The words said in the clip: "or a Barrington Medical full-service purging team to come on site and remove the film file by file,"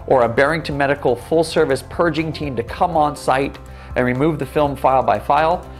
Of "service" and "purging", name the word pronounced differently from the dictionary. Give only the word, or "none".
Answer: none